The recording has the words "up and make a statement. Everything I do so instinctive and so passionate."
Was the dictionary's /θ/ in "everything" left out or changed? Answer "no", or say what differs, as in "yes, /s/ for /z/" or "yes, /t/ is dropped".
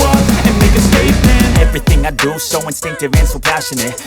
no